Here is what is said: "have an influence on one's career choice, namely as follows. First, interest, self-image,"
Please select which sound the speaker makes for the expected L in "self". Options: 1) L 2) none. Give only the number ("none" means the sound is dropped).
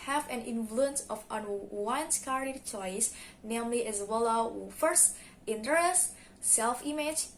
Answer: 1